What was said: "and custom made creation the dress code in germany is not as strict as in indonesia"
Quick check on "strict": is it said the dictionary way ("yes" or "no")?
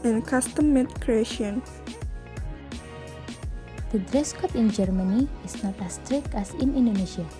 yes